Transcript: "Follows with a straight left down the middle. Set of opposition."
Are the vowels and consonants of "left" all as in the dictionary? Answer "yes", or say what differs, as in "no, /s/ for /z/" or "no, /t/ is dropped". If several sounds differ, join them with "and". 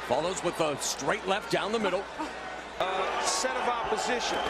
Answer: yes